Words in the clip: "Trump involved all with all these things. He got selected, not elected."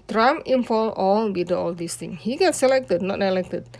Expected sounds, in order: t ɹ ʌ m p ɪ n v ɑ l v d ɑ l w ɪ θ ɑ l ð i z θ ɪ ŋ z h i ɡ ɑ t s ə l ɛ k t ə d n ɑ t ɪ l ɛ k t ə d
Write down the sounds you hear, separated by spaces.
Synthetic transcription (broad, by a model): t ɹ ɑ m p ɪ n f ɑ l ɑ l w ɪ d ɑ l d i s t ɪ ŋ h i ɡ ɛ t s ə l ɛ k t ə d n ɑ t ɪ l ɛ k t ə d